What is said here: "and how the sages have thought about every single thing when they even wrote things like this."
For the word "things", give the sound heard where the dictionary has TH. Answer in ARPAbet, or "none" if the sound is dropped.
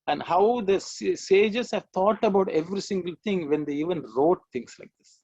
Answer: T